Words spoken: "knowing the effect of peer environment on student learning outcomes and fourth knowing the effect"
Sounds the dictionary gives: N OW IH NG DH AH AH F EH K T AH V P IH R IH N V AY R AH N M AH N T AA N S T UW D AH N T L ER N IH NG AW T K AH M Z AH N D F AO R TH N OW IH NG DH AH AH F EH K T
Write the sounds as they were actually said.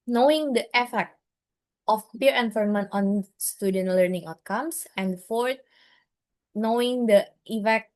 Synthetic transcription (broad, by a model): N OW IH NG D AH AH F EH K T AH F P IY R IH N F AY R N M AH N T AA N S T UW D AH N T L ER N IH NG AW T K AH M S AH N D F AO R T N OW IH NG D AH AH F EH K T